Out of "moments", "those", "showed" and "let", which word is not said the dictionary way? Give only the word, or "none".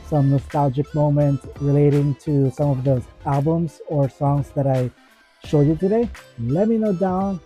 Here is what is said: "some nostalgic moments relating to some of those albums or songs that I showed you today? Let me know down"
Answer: those